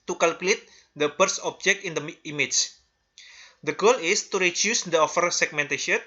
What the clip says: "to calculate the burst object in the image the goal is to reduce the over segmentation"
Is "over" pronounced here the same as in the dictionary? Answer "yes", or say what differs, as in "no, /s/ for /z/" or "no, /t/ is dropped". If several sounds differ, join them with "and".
no, /f/ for /v/